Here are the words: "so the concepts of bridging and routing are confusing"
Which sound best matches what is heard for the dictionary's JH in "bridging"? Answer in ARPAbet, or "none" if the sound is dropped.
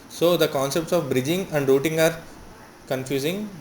JH